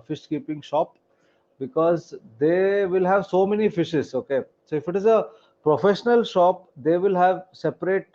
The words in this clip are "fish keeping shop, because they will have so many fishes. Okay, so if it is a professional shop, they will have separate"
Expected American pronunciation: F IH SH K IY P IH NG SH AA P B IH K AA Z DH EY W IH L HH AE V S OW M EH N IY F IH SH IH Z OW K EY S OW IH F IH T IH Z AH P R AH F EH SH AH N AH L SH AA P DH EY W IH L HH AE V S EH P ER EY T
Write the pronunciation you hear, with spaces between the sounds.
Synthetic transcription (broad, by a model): F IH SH K IY P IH NG SH AA P B IH K AA Z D EY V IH L HH AE V S OW M EH N IY F IH SH IH Z OW K EY S OW IH F IH T IH Z AH P R AH F EH SH AH N AH L SH AA P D EY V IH L HH AE V S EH P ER EY T